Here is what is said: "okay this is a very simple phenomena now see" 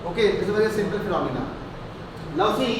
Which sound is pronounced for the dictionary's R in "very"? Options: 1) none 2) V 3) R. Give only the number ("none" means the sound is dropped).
1